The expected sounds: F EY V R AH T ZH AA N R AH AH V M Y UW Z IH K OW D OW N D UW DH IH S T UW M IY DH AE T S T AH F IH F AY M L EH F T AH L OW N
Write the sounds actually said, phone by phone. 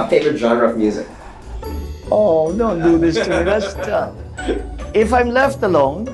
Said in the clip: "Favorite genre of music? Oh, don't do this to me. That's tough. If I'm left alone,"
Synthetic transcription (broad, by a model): F EY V R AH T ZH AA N R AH AH V M Y UW Z IH K OW D OW N D UW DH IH S T UW M IY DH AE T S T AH IH F AY M L EH F T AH L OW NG